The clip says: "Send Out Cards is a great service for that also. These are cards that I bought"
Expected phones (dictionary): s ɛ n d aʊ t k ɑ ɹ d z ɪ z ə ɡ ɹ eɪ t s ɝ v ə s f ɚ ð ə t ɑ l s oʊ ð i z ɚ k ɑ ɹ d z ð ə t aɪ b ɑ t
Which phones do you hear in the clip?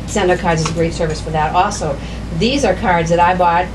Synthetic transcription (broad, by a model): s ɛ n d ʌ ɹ k ɑ ɹ d z ɪ z ə ɡ ɹ eɪ t s ɝ v ə s f ɚ ð ə t ɑ l s oʊ ð i z ɚ k ɑ ɹ d z ð ə t aɪ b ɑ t